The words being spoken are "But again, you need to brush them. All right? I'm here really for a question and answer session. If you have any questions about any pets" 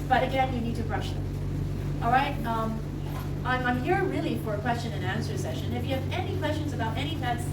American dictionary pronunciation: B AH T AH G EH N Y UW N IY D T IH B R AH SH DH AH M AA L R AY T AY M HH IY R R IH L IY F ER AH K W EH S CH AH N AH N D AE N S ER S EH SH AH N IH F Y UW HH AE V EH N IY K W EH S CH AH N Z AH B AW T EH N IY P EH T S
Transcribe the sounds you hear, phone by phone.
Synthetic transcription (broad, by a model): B AH T AH G EH N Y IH N IY D T IH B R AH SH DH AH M AA L R AY T AY M HH IY R R IH L IY F ER AH K W EH S CH AH N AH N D AE N S ER S EH SH AH N IH F Y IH V EH N IY K W EH S CH AH N Z AH B AW T EH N IY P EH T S